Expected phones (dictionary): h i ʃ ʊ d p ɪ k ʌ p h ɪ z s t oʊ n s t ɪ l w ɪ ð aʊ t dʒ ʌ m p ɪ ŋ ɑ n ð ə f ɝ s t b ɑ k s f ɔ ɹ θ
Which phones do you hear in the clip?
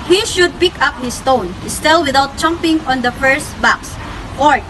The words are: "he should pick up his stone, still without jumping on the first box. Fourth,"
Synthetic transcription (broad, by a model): h i ʃ ʊ d p ɪ k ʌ p h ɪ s t oʊ n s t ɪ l w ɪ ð aʊ t tʃ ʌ m p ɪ ŋ ɑ n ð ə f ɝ s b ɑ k s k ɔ ɹ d